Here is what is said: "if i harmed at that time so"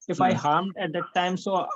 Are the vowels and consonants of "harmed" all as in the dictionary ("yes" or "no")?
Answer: yes